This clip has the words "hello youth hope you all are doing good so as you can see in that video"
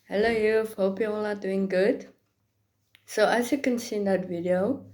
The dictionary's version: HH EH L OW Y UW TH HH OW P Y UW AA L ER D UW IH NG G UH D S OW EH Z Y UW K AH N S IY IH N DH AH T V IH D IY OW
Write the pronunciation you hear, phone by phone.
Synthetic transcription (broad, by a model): HH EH L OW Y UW F HH OW P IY AA L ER D UW IH NG G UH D S OW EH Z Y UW K AH N S IY N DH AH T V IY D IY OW